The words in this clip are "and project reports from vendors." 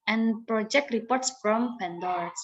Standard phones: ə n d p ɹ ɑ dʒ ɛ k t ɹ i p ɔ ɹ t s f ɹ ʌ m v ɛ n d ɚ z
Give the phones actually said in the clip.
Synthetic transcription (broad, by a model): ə n p ɹ ɑ dʒ ɛ k t ɹ i p ɔ ɹ t s f ɹ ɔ m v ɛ n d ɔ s